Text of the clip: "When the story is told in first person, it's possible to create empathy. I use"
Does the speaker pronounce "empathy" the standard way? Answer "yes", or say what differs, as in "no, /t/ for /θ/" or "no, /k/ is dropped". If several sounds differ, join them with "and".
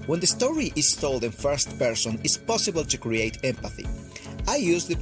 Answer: yes